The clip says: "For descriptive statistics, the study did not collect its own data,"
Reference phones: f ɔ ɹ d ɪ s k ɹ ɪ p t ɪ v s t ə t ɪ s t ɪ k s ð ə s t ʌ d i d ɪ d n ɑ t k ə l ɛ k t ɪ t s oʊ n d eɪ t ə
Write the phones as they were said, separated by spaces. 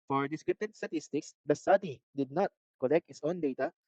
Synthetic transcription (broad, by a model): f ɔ ɹ d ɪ s k ɹ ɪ p t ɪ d s t ə t ɪ s t ɪ k s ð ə s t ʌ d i d ɪ d n ɑ t k ə l ɛ k t ɪ t s oʊ n d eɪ t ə